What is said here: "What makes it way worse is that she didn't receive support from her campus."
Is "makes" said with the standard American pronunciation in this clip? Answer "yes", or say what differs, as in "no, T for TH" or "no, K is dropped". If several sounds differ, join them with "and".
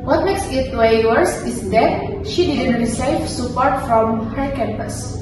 yes